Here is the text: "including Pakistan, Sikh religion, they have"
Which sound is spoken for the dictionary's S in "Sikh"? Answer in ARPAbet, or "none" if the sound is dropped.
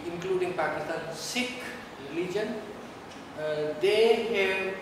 S